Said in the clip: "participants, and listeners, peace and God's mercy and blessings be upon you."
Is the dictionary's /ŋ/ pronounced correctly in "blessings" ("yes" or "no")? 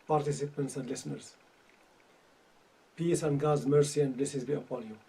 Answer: no